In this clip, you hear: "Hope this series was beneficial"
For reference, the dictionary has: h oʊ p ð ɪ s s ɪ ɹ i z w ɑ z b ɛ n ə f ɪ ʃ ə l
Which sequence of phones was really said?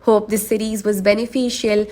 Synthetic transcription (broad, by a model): h oʊ p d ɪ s s ɪ ɹ i z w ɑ z b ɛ n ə f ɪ ʃ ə l